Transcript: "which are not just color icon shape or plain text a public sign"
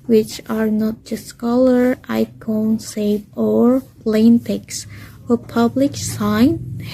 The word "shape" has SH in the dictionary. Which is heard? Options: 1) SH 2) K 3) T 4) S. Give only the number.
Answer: 4